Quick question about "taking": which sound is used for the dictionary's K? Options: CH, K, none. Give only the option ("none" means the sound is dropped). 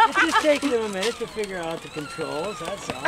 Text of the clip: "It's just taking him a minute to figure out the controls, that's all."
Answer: none